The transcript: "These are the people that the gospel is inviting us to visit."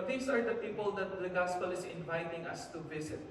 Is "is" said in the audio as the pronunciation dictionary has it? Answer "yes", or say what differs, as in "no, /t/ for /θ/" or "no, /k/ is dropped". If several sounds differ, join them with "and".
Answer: no, /s/ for /z/